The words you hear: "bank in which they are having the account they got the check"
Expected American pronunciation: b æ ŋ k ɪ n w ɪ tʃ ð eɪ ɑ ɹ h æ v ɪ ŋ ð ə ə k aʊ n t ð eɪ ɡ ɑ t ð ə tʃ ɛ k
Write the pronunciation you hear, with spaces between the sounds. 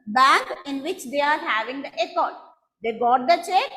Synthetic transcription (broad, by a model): b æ ŋ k ɪ n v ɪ tʃ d eɪ ɑ ɹ h æ v ɪ ŋ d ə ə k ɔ t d eɪ ɡ ɑ t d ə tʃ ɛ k